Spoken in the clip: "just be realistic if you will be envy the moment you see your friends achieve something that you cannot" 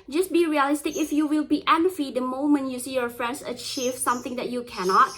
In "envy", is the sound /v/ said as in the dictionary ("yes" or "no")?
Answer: no